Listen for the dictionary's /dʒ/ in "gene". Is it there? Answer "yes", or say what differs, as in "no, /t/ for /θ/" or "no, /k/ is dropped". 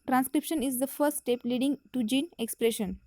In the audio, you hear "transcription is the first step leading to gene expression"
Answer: yes